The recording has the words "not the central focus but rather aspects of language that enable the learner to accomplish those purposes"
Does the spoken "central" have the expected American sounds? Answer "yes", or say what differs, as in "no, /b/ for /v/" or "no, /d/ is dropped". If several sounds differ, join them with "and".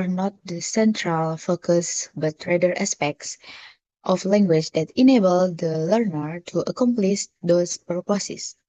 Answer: yes